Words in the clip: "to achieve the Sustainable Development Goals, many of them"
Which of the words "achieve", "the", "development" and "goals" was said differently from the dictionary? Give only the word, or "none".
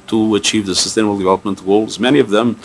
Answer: none